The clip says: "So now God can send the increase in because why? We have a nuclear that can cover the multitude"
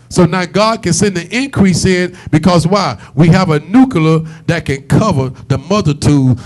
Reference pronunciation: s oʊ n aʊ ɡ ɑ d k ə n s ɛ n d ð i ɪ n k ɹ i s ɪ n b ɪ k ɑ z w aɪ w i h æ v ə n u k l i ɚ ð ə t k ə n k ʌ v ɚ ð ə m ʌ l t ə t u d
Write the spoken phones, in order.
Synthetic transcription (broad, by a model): s oʊ n aʊ ɡ ɑ d k ə n s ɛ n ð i ɪ n k ɹ i s ɪ n b ɪ k ɑ z w aɪ w i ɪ v ə n u k l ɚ ð ə t k ə n k ʌ v ɚ ð ə m ʌ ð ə t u